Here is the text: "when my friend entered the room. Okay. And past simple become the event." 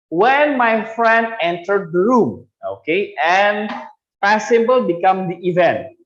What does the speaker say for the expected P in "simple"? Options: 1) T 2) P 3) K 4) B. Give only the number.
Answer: 4